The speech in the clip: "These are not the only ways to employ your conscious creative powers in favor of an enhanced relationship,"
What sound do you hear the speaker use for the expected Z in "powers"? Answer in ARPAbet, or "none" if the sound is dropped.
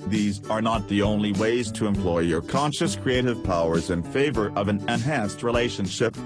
Z